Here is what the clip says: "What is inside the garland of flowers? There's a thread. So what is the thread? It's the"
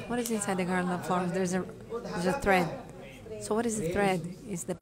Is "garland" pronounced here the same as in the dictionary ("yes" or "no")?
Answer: no